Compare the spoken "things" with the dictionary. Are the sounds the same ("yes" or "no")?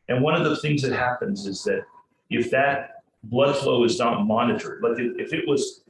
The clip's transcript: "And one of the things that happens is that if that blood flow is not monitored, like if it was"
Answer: yes